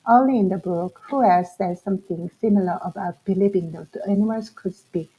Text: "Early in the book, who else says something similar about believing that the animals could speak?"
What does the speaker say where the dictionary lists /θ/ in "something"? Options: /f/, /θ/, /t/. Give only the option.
/t/